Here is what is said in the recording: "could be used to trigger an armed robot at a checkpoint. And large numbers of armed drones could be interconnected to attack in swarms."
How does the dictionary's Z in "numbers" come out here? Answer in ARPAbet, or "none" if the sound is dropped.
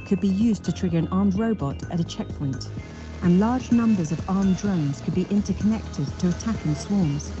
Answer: Z